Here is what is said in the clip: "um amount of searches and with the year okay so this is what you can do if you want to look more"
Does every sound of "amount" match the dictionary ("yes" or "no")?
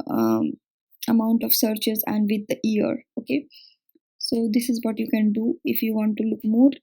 no